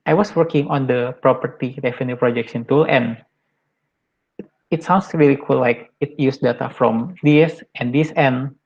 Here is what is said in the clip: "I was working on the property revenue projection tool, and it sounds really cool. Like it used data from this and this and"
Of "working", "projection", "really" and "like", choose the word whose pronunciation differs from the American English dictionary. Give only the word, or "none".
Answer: projection